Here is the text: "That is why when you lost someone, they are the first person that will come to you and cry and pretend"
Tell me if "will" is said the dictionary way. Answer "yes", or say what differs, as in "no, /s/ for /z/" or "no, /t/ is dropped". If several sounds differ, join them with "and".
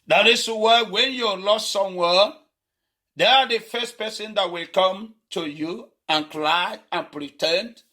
yes